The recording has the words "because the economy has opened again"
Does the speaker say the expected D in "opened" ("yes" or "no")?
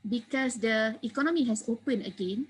no